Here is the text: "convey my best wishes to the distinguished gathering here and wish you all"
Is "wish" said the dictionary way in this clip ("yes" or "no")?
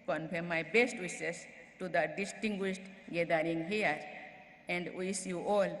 no